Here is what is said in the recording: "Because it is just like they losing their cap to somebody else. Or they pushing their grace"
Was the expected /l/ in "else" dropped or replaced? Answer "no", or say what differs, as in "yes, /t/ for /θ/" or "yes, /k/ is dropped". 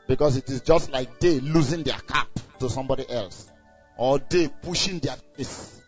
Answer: no